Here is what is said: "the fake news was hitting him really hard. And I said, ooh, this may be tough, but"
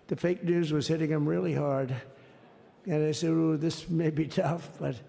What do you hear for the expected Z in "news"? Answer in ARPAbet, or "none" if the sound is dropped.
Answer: Z